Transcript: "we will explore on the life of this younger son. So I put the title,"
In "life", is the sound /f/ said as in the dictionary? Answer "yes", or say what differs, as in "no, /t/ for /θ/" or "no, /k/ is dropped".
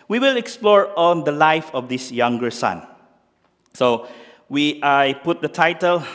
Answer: yes